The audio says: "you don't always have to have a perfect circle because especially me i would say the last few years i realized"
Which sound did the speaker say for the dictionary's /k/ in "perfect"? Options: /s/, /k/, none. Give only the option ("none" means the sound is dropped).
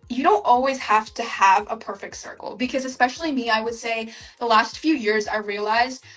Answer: /k/